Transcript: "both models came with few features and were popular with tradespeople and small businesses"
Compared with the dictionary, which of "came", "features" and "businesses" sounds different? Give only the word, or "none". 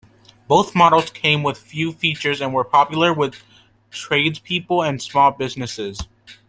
none